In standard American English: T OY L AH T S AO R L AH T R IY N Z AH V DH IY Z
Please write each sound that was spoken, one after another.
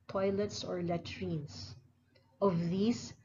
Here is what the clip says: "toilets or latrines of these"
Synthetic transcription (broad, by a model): T OY L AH T S AO R L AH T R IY N S AH V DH IY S